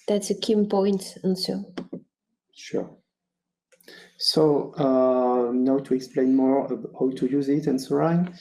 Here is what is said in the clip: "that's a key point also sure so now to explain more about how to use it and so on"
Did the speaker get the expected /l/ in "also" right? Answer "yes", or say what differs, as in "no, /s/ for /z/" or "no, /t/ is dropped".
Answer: no, /n/ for /l/